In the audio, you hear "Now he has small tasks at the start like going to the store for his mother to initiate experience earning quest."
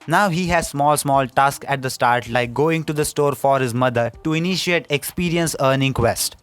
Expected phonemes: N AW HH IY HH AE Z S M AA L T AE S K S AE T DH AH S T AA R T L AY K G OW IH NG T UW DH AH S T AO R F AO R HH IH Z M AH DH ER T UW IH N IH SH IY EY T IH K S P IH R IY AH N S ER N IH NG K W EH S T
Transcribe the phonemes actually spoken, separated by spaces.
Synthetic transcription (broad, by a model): N AW HH IY HH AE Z S M AA L T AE S K AE T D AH S T AA R T L AY K G OW IH NG T UW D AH S T AO R F AO R HH IH Z M AH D ER T UW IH N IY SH IY EY T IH K S P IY R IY AH N S ER N IH NG K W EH S T